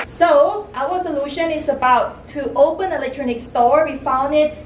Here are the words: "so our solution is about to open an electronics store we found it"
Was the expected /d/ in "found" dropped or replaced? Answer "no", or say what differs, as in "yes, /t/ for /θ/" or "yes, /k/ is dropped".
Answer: no